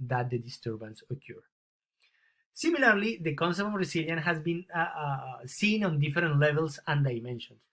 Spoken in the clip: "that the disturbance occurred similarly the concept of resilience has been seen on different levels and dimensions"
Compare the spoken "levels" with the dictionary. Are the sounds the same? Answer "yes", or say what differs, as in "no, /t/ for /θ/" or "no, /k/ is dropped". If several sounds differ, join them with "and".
no, /s/ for /z/